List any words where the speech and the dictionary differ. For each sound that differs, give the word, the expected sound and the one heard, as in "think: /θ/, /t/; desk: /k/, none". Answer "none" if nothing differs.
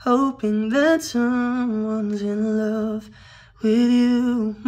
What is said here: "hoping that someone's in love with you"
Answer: none